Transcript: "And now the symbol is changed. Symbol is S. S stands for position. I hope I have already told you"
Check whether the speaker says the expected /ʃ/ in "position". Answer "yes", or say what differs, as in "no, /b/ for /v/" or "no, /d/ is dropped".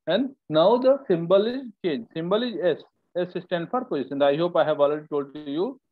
no, /s/ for /ʃ/